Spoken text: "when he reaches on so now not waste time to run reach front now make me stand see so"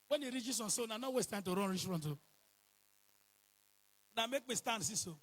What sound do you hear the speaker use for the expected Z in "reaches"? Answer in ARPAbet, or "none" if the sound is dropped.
S